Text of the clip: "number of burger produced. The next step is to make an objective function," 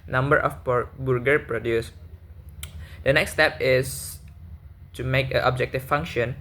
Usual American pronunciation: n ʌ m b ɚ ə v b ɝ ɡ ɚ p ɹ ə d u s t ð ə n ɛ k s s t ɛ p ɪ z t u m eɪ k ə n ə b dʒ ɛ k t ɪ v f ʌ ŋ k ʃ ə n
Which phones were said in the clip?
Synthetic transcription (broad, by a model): n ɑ m b ɚ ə p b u ɡ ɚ p ɹ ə d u s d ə n ɛ k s s t ɛ p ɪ s t u m eɪ k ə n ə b dʒ ɛ k t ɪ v f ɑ ŋ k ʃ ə n